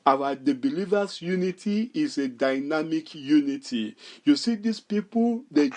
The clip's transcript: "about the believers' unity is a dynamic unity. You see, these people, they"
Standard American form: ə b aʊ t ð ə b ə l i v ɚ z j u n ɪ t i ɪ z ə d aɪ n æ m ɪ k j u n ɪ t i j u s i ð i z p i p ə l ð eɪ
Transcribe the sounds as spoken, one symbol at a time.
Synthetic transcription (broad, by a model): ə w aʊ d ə b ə l i v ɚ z j u n ɪ t i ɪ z ə d aɪ n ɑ m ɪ k j u n ɪ t i j u s i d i s p i p ə l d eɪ